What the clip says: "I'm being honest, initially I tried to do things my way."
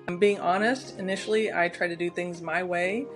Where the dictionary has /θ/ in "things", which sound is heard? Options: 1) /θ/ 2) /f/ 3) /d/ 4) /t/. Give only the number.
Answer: 1